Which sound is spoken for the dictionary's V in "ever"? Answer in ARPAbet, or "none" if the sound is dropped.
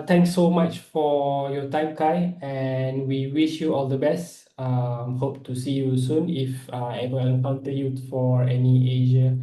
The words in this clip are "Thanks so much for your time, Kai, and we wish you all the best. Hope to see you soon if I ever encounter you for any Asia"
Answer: W